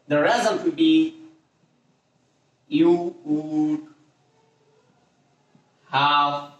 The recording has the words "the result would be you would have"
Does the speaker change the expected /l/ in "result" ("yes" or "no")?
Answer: yes